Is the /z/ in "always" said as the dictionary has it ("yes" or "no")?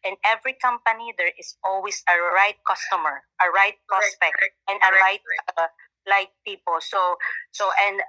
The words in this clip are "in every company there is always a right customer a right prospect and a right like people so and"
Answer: no